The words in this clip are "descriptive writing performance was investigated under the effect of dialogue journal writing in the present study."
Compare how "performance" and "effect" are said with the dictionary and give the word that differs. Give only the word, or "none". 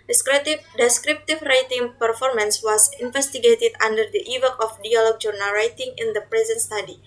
effect